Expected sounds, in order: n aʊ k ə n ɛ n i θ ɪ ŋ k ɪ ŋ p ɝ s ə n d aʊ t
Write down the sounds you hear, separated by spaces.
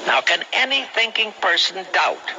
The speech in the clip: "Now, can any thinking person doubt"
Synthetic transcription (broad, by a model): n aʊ k ə n ɛ n i θ ɪ ŋ k ɪ ŋ p ɝ s ə n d aʊ t